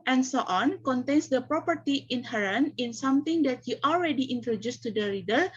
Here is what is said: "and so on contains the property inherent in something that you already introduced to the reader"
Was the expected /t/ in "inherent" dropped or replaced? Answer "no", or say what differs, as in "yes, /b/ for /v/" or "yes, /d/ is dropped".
yes, /t/ is dropped